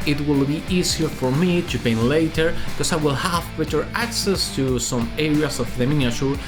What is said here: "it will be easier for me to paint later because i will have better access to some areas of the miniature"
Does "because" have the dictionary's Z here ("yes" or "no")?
no